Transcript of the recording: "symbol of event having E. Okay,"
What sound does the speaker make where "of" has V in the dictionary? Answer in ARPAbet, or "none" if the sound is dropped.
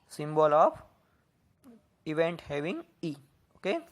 P